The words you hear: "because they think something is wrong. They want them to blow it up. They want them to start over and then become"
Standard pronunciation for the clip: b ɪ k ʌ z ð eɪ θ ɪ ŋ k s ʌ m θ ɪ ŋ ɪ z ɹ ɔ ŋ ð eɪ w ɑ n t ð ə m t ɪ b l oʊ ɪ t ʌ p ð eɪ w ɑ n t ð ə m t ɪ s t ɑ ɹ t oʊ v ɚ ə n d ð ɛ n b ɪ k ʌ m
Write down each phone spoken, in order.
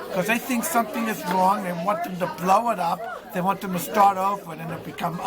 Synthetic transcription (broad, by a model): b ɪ k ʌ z ð eɪ θ ɪ ŋ k s ʌ m θ ɪ ŋ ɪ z ɹ ɔ ŋ ð eɪ w ɑ n t ð ə m t ɪ b l oʊ ɪ t ʌ p ð eɪ w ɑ n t ð ə m t ɪ s t ɑ ɹ t oʊ v ɚ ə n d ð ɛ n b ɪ k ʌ m